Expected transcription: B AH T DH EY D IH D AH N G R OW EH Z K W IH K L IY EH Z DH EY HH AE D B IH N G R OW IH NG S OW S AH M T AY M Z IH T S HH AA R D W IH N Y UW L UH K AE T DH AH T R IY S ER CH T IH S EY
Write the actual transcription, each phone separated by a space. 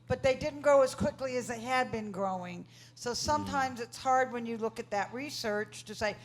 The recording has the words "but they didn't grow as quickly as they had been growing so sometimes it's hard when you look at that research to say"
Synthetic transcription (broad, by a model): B AH T DH EY D IH D N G OW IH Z K W IH K L IY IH Z DH EY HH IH D B IH N G R OW IH NG S OW S AH M T AY M Z IH T S HH AA R D W IH N Y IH L UH K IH T DH AH T R IY S ER CH T IH S EY